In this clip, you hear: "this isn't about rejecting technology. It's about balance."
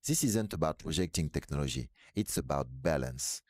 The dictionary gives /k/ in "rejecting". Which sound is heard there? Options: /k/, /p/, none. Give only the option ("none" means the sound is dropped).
/k/